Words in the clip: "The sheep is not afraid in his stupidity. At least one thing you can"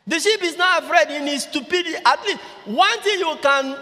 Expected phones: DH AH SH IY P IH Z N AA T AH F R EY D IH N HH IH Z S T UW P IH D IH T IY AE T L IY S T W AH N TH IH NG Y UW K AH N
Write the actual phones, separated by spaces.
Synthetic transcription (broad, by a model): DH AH SH IY P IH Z N AA T AH F R EY D IH N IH S T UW P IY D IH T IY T L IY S W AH N T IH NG Y UW K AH N